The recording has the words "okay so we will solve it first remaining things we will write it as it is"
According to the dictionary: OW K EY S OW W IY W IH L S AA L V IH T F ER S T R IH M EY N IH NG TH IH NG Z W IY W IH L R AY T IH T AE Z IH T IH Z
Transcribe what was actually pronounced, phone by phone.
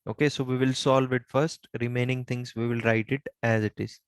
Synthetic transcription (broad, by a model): OW K EY S OW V IY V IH L S AA L V IH T F ER S T R IH M EY N IH NG T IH NG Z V IY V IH L R AY T IH T AE Z IH T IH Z